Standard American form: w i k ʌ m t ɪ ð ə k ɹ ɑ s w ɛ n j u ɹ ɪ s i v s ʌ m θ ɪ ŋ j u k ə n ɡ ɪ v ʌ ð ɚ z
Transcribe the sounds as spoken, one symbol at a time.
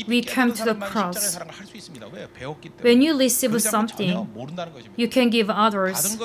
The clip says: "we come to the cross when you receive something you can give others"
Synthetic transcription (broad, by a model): w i k ʌ m t ɪ ð ə k ɹ ɑ s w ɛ n j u l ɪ s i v s ʌ m θ ɪ ŋ j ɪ k ə n ɡ ɪ v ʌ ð ɚ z